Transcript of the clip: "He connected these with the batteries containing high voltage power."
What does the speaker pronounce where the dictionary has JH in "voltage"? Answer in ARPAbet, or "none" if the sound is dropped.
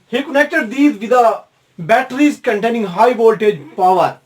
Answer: JH